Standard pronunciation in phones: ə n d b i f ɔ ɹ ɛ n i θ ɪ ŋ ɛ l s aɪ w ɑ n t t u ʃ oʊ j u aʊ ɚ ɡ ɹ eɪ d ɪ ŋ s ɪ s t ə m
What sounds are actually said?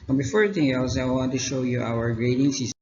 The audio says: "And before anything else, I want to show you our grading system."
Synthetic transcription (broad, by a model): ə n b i f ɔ ɹ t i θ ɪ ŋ ɛ l s aɪ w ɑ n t t u ʃ oʊ j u aʊ ɚ ɡ ɹ eɪ d ɪ ŋ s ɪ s